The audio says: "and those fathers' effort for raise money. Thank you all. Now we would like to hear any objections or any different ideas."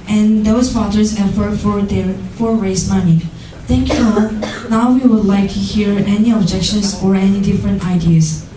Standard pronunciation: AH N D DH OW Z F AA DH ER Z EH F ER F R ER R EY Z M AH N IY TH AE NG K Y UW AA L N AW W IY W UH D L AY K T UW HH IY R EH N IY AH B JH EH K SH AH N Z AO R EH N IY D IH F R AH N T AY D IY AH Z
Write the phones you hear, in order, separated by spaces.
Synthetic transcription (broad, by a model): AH N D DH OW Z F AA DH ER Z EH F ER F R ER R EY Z M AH N IY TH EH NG K Y UW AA N AW W IY W UH D L AY K T UW HH IY R EH N IY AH B JH EH K SH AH N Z AO R EH N IY D IH F R AH N T AY D IY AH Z